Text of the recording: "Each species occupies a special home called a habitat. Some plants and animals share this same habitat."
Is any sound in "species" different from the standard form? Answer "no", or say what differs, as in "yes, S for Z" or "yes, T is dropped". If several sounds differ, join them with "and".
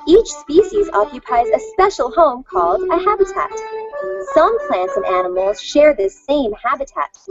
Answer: no